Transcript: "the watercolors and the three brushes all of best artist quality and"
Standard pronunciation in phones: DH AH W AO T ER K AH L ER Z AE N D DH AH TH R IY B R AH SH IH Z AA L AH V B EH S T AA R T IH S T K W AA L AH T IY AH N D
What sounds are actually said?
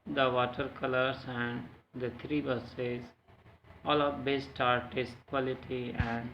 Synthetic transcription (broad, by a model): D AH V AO T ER K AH L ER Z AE N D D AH T R IY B AH S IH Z AA L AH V B EH S T AA R T IH S T K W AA L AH T IY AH N D